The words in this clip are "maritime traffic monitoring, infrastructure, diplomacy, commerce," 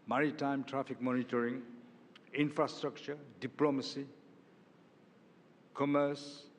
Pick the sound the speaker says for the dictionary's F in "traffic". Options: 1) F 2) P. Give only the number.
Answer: 2